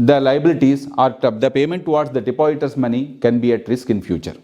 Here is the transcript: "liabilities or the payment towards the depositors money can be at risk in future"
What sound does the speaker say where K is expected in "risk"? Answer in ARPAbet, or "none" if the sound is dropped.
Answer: K